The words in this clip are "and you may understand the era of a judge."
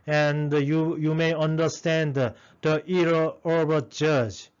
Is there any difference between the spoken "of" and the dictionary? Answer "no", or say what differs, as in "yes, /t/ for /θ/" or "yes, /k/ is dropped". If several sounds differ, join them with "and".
yes, /b/ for /v/